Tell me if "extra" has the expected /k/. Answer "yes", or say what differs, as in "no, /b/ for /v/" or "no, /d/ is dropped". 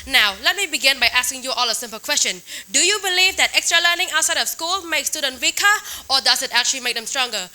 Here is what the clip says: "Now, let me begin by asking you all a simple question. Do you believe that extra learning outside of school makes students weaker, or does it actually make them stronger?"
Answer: yes